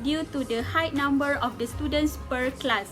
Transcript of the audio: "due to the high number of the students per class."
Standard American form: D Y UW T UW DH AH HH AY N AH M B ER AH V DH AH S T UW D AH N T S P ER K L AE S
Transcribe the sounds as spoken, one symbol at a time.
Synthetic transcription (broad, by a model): D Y UW T UW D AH HH AY N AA M B ER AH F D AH S T UW D AH N T S P ER K L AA S